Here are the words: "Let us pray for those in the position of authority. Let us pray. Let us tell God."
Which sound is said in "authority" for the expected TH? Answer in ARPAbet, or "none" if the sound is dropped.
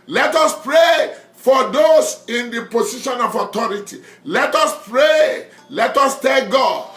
T